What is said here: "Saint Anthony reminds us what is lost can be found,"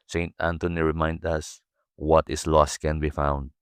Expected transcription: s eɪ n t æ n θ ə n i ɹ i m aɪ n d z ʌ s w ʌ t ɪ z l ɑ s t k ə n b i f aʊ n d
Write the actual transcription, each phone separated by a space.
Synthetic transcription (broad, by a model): s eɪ n t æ n t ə n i ɹ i m aɪ n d ʌ s w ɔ t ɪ s l ɑ s t k ə n b i f aʊ n d